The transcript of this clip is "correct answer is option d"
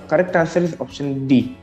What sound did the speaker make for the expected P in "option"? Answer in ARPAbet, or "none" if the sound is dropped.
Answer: P